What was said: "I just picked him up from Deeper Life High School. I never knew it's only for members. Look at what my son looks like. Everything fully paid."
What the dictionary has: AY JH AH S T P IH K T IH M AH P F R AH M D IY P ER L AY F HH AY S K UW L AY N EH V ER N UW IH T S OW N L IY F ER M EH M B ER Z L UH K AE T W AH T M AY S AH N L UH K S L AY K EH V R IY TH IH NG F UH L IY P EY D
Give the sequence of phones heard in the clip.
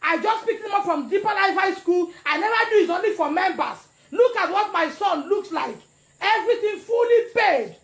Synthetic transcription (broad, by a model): AY JH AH S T P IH K IH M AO F R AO M D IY P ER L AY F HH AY S K UW L AY N EH V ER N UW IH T OW N L IY F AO M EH M B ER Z L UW K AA T W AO T M AY S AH N L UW K S L AY K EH V R IY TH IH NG F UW L IY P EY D